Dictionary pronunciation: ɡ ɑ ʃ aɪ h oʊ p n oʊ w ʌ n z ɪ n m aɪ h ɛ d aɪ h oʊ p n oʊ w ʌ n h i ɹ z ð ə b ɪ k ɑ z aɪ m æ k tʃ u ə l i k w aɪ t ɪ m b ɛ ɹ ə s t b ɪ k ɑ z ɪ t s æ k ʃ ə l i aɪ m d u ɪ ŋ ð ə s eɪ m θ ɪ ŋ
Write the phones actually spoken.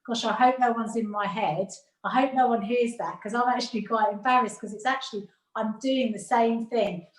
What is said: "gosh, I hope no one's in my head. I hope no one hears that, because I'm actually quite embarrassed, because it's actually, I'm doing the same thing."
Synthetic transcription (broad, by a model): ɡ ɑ ʃ aɪ h oʊ p n oʊ w ʌ n z ɪ n m aɪ h ɛ d aɪ h oʊ p n oʊ w ʌ n h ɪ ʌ z ð ə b k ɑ z aɪ m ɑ k tʃ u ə l i k w aɪ t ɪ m b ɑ ɹ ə s k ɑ z ɪ t s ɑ k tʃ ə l i aɪ m d u ɪ ŋ ð ə s eɪ m θ ɪ ŋ